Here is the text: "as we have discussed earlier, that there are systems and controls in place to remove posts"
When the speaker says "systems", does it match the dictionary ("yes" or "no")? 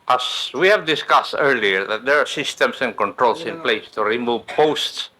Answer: no